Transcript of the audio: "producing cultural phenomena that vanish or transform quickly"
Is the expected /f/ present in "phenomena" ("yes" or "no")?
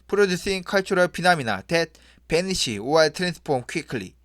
no